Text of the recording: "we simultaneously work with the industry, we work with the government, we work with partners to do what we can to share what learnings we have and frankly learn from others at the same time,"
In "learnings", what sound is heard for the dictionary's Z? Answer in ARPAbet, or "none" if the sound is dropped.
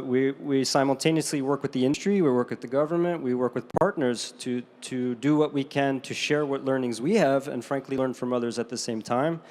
Z